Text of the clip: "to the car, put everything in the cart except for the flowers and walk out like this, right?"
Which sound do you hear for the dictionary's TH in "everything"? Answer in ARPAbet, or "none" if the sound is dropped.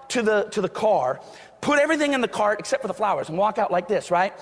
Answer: TH